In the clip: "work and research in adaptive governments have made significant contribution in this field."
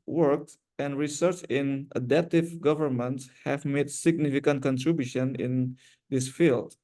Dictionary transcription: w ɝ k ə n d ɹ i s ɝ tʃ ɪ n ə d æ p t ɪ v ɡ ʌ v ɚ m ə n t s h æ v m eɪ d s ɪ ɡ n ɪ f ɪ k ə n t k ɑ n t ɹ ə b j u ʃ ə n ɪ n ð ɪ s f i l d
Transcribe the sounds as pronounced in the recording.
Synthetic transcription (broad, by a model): w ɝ k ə n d ɹ i s ɝ tʃ ɪ n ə d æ p t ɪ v ɡ ʌ v ɚ m ə n t s h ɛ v m eɪ d s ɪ ɡ n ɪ f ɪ k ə n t k ɑ n t ɹ ə b j u ʃ ə n ɪ n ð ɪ s f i l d